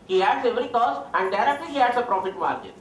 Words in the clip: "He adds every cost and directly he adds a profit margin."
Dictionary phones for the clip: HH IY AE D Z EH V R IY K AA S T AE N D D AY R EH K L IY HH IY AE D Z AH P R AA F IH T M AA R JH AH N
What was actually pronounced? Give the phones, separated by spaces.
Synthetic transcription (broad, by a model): HH IY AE D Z EH V R IY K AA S AE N D D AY R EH K L IY HH IY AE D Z AH P R AA F IH T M AA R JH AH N